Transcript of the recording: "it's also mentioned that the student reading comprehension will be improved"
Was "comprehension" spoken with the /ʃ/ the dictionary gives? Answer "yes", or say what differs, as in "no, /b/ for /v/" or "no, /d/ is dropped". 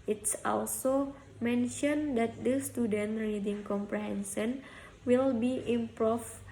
no, /s/ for /ʃ/